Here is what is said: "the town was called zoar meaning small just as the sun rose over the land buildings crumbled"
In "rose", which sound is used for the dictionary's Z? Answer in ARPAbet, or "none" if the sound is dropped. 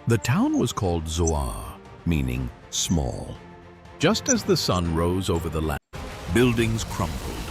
Z